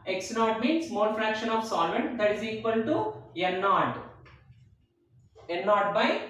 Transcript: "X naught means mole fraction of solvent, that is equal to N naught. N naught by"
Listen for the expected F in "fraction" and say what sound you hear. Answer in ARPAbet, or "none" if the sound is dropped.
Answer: F